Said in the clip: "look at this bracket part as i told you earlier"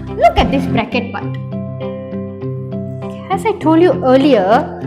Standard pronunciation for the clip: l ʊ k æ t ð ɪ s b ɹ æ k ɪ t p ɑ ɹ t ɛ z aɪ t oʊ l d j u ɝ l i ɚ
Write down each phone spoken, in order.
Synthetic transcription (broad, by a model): l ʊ k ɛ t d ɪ s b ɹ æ k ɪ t b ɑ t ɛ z aɪ t oʊ l d j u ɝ l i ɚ